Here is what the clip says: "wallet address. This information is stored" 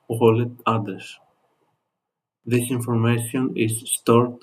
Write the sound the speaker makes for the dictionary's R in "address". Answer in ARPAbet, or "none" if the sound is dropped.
none